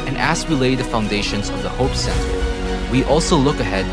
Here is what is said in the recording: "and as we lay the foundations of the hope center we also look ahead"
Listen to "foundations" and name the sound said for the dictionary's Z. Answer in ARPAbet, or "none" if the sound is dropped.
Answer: Z